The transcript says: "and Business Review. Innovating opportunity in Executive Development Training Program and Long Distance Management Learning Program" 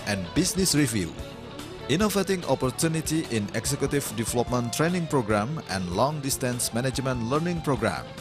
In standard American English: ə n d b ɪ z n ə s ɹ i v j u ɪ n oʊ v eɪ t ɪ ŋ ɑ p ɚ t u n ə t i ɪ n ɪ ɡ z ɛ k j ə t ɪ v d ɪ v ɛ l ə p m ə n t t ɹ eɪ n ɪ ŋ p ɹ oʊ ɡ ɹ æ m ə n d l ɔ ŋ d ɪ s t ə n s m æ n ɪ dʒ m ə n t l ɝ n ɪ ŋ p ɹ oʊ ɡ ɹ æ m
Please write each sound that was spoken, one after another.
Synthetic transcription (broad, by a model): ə n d b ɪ s n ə s ɹ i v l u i n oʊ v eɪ t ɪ ŋ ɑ p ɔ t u n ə t i ɪ n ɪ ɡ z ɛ k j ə t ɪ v d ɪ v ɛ l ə p m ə n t t ɹ eɪ n ɪ ŋ p ɹ oʊ ɡ ɹ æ m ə n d l ɔ ŋ d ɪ s t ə n s m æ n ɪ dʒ m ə n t l ɝ n ɪ ŋ p ɹ oʊ ɡ ɹ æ m